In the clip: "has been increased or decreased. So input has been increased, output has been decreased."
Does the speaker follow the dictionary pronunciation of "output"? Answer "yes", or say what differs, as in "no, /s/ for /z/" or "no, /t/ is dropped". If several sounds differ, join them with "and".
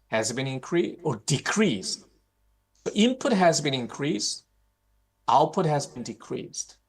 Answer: yes